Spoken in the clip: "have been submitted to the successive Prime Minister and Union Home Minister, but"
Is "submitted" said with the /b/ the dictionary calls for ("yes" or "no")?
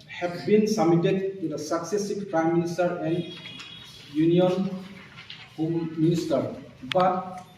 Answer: no